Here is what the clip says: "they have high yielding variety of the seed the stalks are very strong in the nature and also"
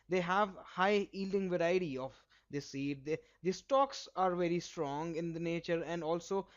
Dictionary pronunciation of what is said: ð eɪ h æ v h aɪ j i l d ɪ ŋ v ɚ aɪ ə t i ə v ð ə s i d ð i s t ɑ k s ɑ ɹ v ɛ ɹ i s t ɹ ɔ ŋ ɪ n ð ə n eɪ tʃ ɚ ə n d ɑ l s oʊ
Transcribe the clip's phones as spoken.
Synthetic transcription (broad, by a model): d eɪ h æ v h aɪ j i l d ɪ ŋ v ɚ aɪ ə t i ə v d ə s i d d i s t ɑ k s ɑ ɹ v ɛ ɹ i s t ɹ ɔ ŋ ɪ n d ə n eɪ tʃ ɚ ə n d ɑ l s oʊ